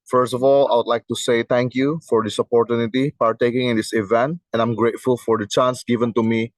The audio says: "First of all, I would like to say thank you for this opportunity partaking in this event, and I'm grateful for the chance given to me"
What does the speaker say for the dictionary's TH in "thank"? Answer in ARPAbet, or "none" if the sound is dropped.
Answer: T